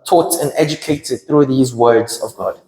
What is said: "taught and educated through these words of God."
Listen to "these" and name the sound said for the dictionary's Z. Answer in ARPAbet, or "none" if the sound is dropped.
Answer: Z